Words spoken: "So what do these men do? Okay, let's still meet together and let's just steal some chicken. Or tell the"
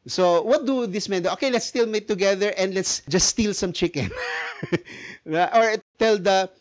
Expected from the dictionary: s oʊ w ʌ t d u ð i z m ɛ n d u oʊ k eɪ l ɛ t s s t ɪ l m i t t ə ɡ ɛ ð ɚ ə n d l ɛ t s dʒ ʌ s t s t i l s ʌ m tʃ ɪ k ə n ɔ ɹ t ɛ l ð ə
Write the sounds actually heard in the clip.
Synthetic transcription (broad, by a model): s oʊ w ʌ t d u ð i s m ɛ n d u oʊ k eɪ l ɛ t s s t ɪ l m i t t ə ɡ ɛ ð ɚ ə n d l ɛ t s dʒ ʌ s s t i l s ʌ m tʃ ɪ k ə n ɔ ɹ t ɛ l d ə